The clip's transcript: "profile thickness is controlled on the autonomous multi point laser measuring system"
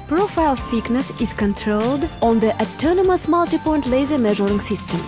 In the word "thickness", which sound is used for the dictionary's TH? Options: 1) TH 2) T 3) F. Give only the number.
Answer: 3